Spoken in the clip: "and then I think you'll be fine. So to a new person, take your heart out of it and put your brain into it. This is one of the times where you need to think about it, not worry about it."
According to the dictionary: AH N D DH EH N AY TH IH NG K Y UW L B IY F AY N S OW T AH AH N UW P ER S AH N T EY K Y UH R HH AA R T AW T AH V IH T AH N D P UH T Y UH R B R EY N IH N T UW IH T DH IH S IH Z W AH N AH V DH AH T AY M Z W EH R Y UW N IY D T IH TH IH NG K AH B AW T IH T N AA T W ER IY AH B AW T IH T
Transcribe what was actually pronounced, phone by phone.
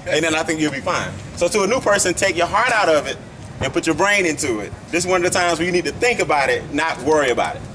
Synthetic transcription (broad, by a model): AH N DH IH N AY TH IH NG K Y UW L B IY F AY N S OW T AH AH N UW P ER S AH N T EY K Y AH R HH AA R T AW T AH V IH T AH N P UH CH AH R B R EY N IH N T UW IH T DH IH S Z W AH N AH V DH AH T AY M Z W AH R Y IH N IY D T IH TH IH NG K AH B AW T IH T N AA T W ER IY AH B AW T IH T